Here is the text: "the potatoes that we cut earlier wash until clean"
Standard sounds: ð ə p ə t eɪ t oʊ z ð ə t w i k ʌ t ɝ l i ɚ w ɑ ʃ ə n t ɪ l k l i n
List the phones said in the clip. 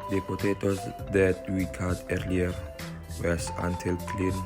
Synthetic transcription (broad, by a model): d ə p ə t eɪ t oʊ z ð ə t w i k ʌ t ɝ l i ɚ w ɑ s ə n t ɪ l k l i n